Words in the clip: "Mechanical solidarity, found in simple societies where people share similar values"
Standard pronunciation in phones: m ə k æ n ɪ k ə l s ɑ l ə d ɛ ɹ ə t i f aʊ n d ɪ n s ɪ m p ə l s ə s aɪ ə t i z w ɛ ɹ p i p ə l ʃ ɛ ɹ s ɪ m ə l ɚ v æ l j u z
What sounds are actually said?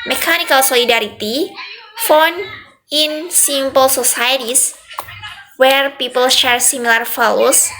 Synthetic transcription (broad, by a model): m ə k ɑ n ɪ k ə l s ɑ l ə d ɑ ɹ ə t i f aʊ n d ɪ n s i m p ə l s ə s aɪ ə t i s w ɛ ɹ p i p ə l ʃ ɛ ɹ s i m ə l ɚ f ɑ l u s